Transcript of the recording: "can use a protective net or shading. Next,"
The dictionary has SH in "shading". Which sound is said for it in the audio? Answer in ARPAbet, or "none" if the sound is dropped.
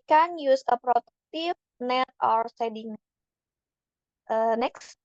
S